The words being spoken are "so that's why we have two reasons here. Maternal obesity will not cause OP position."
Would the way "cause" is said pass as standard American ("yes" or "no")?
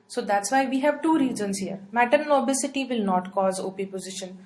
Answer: yes